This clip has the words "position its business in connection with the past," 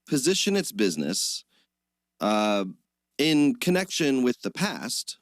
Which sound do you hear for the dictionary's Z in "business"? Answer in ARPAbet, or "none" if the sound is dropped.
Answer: Z